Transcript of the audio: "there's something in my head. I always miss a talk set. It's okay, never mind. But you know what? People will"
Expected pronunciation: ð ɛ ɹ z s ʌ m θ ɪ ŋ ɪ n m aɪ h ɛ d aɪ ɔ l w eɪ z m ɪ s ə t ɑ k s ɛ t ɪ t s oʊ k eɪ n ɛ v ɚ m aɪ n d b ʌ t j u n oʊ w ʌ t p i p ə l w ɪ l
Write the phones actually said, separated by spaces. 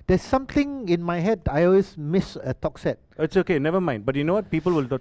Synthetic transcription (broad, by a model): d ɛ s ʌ m t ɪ ŋ ɪ n m aɪ h ɛ d aɪ ɔ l w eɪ s m ɪ s ə t ɑ k s ɛ t ɪ t s oʊ k eɪ n ɛ v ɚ m aɪ n d b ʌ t j u n oʊ w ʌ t p i p ə l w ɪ l